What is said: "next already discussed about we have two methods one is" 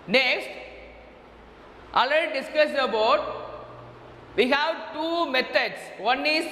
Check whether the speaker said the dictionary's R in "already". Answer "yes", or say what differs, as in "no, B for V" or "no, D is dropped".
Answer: no, R is dropped